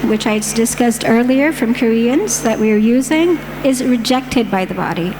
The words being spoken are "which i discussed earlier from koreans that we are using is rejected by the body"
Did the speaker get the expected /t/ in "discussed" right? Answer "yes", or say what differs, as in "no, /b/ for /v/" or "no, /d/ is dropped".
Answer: yes